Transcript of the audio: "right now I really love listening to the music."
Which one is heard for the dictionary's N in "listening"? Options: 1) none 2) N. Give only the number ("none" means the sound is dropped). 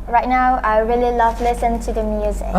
1